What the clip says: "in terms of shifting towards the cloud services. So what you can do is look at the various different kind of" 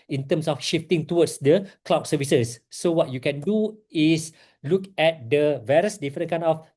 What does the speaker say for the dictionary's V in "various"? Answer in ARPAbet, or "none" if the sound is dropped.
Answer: V